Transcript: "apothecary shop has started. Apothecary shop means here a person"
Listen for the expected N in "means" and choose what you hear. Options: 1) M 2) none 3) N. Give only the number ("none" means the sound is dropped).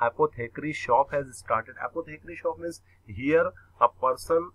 2